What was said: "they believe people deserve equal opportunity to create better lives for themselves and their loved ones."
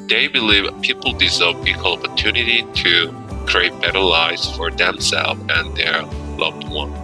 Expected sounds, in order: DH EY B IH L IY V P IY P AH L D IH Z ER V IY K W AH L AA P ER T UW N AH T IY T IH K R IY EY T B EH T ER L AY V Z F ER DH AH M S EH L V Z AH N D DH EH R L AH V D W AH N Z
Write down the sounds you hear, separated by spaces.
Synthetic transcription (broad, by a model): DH EY B IH L IY V P IY P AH L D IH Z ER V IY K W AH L AA P ER T UW N AH T IY T IH K R IY EY T B EH T ER L AY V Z F ER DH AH M S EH L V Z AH N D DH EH R L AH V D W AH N